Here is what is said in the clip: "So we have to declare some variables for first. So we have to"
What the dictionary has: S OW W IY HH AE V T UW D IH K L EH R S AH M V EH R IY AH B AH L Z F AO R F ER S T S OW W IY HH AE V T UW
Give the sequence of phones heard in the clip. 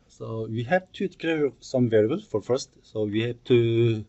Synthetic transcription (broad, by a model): S OW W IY HH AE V T UW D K EH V S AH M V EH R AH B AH L F AO R F ER S T S OW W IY HH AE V T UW